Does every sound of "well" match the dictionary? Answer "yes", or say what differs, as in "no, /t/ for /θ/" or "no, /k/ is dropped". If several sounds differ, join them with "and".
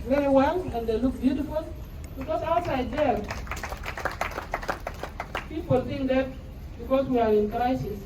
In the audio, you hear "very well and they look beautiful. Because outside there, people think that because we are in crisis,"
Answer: no, /n/ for /l/